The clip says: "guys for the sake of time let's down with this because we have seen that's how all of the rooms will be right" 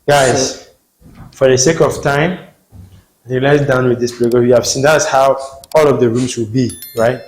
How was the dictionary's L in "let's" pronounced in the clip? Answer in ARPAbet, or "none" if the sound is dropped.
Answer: N